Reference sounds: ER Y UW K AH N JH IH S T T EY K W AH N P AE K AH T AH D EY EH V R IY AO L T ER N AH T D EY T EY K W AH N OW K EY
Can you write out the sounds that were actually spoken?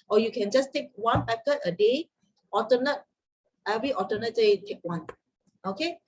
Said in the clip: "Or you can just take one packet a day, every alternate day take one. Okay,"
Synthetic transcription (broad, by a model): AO Y UW K AH N JH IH S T T EY K W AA N P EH K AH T AH D EY EH V R IY AO T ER N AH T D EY T EY K W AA N OW K EY